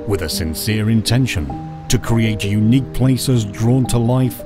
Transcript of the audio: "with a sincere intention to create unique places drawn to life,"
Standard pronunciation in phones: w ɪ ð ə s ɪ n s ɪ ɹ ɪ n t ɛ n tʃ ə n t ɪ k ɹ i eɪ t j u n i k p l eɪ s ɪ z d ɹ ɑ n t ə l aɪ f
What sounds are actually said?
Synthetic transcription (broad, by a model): w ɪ ð ə s ɪ n s ɪ ɹ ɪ n t ɛ n ʃ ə n t ɪ k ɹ i eɪ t j u n i k p l eɪ s ɪ z d ɹ ɑ n t ə l aɪ f